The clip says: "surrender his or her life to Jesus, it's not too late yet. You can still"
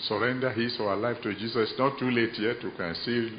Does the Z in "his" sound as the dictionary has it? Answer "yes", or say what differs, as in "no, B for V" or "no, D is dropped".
no, S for Z